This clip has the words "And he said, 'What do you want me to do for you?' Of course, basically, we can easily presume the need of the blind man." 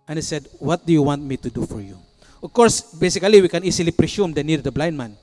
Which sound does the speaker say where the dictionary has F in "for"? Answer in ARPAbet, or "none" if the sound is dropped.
F